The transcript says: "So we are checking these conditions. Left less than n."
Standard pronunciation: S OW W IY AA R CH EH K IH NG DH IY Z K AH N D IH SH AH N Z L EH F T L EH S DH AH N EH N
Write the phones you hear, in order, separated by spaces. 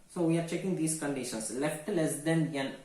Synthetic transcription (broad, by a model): S OW W IY AA R CH EH K IH NG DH IY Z K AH N D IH SH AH N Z L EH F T L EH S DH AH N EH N